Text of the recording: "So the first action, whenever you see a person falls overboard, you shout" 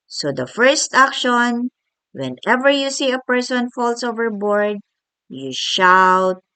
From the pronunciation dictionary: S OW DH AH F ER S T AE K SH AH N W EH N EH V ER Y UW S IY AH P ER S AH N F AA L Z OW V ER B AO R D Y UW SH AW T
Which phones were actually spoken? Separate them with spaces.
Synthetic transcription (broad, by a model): S OW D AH F ER S T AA K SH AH N W EH N EH V ER Y UW S IY AH P ER S AH N F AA L S OW V ER B AO R D Y UW SH AW T